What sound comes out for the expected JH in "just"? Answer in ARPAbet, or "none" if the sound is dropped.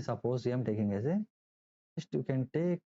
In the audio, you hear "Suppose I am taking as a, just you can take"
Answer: Z